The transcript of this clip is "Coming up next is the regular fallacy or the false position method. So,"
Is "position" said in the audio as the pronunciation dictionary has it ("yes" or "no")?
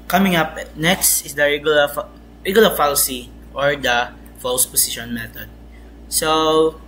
no